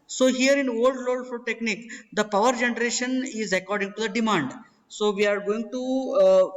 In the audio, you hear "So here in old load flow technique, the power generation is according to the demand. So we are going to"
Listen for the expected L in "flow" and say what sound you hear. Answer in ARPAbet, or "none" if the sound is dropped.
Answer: none